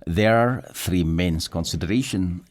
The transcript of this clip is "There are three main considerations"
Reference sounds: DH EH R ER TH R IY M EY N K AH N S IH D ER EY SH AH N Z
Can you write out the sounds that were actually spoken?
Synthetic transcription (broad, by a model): DH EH R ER TH R IY M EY N K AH N S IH D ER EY SH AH N